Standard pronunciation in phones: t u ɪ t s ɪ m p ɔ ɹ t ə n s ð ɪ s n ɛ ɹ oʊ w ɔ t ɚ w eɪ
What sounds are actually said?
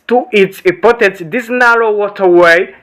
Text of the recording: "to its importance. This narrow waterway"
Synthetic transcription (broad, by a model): t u ɪ t s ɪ p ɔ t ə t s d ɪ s n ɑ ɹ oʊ w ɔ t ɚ w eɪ